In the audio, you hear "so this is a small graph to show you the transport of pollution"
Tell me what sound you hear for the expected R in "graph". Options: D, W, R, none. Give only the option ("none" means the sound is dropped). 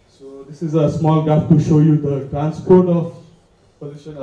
none